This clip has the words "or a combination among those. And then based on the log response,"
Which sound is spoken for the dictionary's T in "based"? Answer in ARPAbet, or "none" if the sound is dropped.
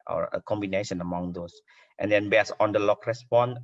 none